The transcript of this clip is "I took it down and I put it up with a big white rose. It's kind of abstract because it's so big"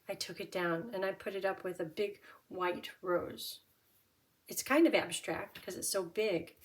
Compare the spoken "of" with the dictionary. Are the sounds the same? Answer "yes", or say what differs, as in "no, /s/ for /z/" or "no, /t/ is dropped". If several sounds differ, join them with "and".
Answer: yes